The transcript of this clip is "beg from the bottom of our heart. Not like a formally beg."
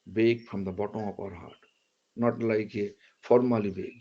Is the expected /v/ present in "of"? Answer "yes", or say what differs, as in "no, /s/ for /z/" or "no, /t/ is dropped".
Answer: no, /p/ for /v/